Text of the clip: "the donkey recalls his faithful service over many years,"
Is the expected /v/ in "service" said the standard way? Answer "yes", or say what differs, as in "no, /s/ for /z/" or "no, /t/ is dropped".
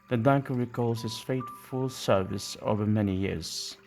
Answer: yes